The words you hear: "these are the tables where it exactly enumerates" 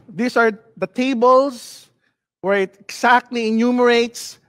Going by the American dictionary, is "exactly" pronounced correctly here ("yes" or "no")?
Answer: no